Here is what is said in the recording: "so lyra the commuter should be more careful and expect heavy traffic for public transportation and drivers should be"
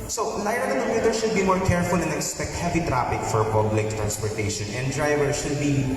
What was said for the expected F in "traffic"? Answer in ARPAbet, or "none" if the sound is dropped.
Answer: P